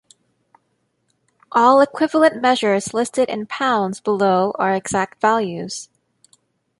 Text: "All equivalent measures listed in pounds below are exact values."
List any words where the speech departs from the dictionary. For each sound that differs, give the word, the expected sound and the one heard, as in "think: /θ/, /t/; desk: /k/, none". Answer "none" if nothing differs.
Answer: none